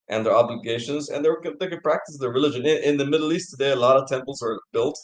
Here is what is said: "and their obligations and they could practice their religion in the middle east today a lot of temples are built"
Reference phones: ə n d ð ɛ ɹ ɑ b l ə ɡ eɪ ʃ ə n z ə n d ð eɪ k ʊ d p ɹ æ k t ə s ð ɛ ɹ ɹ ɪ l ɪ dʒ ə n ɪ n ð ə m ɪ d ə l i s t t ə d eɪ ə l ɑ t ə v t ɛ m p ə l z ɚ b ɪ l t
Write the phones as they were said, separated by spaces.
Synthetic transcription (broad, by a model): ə n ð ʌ ɹ ɑ b l ə ɡ eɪ ʃ ə n z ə n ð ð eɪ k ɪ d p ɹ æ k t ə s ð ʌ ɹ ɹ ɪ l ɪ dʒ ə n ɪ n ð ə m ɪ d l i s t t ə d eɪ ə l ɑ t ə v t ɛ m p l z ɚ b ɪ l t